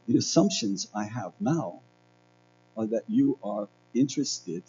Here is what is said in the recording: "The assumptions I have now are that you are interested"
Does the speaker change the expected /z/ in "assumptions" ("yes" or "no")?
no